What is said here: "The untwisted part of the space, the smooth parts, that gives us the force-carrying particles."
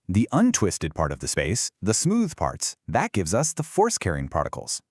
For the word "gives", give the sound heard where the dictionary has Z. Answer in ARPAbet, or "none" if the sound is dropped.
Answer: Z